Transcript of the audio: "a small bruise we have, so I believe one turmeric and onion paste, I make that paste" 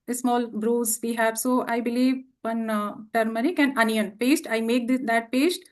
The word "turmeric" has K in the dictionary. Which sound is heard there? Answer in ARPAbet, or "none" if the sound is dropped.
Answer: K